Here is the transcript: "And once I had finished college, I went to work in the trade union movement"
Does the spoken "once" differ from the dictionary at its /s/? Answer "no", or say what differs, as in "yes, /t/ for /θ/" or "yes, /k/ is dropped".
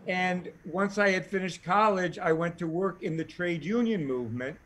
no